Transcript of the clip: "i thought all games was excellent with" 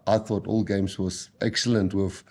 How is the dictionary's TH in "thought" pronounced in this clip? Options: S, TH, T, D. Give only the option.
TH